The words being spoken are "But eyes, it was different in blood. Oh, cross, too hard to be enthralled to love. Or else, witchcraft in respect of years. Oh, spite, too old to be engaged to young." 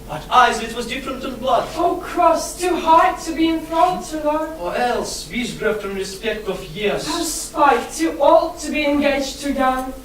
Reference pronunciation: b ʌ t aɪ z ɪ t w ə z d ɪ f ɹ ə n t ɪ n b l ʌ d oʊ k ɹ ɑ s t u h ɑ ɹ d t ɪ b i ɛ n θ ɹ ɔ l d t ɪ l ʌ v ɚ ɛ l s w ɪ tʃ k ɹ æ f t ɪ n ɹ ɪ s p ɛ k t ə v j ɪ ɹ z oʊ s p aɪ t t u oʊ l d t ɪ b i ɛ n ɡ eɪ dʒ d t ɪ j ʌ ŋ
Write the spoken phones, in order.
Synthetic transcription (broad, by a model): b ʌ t aɪ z ɪ t w ə z d ɪ f ɹ ə n t ɪ n b l ʌ d oʊ k ɹ ɑ s t u h ɑ ɹ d t ɪ b i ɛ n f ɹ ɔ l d t ɪ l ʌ ɚ ɛ l s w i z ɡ ɹ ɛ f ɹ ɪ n ɹ ɪ s p ɛ k t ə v j ɪ ɹ z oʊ s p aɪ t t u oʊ l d t ɪ b i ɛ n ɡ eɪ dʒ t ɪ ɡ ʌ